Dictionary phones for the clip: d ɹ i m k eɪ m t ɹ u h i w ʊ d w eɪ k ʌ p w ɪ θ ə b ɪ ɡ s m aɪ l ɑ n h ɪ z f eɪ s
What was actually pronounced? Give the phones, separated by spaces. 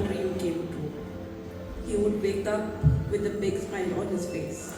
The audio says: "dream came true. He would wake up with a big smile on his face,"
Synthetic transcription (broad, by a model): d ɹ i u k eɪ m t u h i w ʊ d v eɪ k ʌ p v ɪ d ə b ɪ ɡ s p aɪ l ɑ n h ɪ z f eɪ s